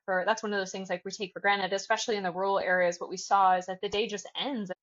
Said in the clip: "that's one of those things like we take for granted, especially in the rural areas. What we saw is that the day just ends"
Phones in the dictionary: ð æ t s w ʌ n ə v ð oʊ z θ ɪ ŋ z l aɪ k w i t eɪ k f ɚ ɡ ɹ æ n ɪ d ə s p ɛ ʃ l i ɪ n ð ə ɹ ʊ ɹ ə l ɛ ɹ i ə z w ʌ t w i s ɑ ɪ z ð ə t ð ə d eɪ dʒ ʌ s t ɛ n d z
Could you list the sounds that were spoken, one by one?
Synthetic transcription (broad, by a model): ð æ t s w ʌ n ə v ð oʊ z θ ɪ ŋ z l aɪ k w i t eɪ k f ɚ ɡ ɹ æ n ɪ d ə s p ɛ ʃ l i ɪ n ð ə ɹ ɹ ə l ɛ ɹ i ə z w ʌ t w i s ɑ ɪ z ð ə t ð ə d eɪ dʒ ʌ s t ɛ n d z